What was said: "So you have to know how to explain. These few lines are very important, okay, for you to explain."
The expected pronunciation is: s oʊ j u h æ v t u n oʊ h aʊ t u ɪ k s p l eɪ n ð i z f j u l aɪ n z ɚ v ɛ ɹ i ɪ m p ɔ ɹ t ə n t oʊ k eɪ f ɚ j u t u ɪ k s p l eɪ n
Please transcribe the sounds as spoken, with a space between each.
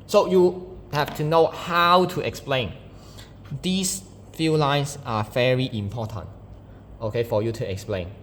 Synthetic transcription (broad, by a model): s oʊ j u h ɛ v t u n oʊ h aʊ t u ɪ k s p l eɪ n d i s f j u l aɪ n s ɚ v ɛ ɹ i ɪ m p ɔ t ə n t oʊ k eɪ f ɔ j u t u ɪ k s p l eɪ n